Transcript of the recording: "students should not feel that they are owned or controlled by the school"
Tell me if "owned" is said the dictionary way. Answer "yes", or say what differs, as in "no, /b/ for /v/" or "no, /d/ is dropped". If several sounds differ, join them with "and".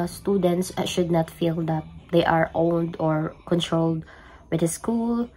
yes